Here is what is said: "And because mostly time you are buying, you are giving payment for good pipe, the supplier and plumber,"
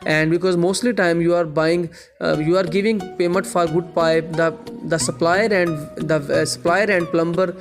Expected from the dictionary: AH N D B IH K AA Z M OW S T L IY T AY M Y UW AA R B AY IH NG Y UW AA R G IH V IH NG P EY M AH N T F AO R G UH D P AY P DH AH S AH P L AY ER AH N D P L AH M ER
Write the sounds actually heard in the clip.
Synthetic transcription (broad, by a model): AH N D B IH K AA Z M OW S T L IY T AY M Y UW AA R B AY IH NG Y UW AA R G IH V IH NG P EY M AH N T F AO R G UH D P AY P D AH S AH P L AY ER AH N D P L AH M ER